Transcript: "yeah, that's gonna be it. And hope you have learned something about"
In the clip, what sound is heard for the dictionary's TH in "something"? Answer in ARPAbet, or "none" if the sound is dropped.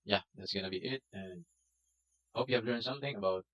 TH